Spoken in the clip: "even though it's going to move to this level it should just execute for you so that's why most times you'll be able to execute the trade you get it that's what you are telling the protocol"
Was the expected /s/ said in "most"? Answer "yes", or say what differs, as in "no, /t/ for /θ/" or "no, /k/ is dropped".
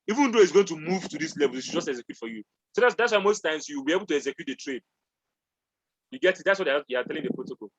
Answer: yes